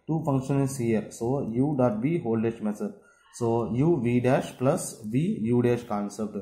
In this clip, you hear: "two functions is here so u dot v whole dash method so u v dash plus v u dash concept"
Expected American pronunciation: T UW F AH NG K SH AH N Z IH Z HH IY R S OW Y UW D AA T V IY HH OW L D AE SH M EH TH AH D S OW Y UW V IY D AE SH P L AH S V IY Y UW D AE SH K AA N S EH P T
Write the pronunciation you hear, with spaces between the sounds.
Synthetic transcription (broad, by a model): T UW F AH NG K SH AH N IH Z HH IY R S OW Y UW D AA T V IY HH OW L D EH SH M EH S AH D S OW Y UW V IY D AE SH P L AH S V IY Y UW D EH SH K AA N S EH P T